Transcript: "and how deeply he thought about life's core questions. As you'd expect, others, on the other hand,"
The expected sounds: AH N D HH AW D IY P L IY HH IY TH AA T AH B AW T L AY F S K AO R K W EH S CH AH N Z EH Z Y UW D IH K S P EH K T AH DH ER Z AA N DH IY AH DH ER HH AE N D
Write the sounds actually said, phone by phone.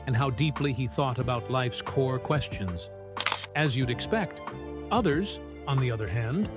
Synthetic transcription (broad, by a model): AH N HH AW D IY P L IY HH IY TH AA T AH B AW T L AY F S K AO R K W EH S CH AH N Z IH Z Y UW D IH K S P EH K T AH DH ER Z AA N DH IY AH DH ER HH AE N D